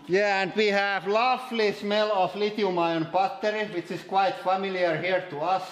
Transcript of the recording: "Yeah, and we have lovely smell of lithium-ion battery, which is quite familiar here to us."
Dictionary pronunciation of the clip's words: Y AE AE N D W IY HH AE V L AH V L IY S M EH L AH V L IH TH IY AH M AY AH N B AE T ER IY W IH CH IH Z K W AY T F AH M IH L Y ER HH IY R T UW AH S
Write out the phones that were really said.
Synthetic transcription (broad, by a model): Y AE AE N D W IY HH AE V L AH F L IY S M EH L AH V L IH T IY M AY AH N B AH T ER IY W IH CH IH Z K W AY T F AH M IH L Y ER HH IY R T UW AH S